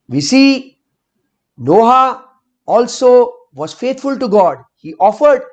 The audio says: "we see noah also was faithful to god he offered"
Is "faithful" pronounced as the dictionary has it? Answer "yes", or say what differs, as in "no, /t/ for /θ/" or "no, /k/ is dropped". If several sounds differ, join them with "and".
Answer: no, /t/ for /θ/